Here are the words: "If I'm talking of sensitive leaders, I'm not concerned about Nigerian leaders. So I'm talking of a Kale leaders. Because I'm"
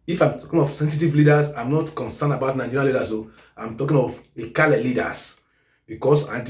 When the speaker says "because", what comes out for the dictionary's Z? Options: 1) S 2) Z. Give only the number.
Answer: 1